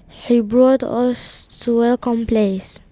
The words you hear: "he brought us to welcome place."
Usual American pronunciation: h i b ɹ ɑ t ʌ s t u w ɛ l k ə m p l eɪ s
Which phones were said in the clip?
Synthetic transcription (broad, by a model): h i b ɹ ɑ t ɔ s t u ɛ k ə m p l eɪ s